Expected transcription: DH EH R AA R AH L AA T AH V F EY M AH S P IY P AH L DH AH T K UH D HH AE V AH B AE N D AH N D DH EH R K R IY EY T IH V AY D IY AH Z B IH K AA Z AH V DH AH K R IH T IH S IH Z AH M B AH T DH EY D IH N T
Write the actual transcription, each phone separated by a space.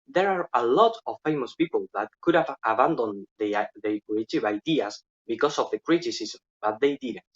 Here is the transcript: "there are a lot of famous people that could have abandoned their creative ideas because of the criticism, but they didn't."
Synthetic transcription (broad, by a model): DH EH R AA R AH L AA T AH F EY M AH S P IY P AH L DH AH T K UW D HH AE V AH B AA N D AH N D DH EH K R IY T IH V AY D IY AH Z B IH K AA S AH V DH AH K R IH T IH S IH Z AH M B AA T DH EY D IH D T